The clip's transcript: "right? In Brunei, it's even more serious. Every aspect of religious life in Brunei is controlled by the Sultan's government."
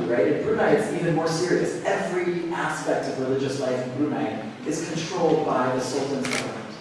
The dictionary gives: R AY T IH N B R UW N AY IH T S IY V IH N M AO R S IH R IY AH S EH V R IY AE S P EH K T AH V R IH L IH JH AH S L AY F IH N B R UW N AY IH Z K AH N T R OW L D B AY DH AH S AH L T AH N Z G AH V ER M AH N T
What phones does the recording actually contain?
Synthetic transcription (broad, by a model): R AY T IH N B R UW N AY IH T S IY V IH N M AO R S IH R IY AH S EH V R IY AE S P EH K T AH V R IH L IH JH AH S L AY F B R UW N AY IH Z K AH N T R OW L D B AY DH AH S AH L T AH N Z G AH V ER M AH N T